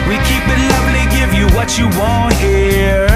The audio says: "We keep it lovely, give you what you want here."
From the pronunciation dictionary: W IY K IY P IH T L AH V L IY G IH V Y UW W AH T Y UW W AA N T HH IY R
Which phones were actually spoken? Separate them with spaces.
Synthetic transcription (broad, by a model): W IY K IY P IH T L AH V L IY G IH V Y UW W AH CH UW W AA N T HH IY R